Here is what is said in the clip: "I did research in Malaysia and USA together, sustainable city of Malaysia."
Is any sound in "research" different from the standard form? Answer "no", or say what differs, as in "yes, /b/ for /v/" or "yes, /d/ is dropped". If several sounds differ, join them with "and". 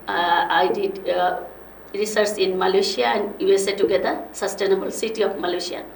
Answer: yes, /s/ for /tʃ/